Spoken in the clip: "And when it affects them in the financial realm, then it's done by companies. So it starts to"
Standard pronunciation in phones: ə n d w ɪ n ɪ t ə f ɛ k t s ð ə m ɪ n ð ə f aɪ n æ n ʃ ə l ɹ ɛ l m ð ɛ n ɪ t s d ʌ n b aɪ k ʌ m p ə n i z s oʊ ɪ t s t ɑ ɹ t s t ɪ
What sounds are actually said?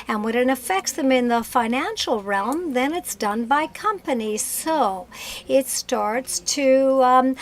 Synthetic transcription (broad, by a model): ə n w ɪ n ɪ t ə f ɛ k t s ð ə m ɪ n ð ə f aɪ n æ n ʃ l ɹ ɛ l m ð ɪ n ɪ t s d ʌ n b aɪ k ʌ m p ə n i z s oʊ ɪ t s t ɑ ɹ t s t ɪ